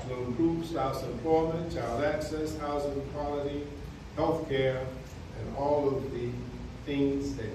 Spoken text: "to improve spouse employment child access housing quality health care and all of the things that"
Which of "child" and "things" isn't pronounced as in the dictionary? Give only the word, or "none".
child